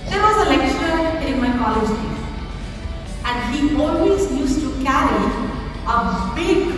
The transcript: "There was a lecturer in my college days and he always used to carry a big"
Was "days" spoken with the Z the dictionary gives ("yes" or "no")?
no